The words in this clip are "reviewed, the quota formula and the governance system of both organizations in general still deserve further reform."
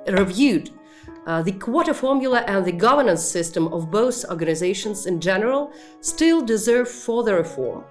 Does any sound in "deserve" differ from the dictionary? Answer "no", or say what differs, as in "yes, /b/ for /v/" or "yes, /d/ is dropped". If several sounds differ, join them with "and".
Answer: no